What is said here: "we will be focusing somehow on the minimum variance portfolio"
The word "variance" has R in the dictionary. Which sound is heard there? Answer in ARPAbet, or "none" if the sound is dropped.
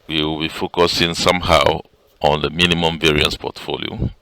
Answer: R